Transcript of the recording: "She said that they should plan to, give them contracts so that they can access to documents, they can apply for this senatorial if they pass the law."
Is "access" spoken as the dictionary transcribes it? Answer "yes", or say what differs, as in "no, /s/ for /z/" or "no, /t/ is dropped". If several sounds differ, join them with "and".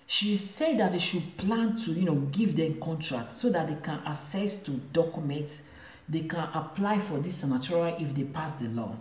no, /k/ is dropped